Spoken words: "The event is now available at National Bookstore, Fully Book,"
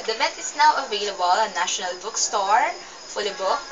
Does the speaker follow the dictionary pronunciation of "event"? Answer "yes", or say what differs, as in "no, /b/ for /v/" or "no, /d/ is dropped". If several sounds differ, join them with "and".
no, /n/ is dropped